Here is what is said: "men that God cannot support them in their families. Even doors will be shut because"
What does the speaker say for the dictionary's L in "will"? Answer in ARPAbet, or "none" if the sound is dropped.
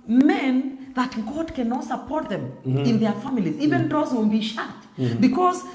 N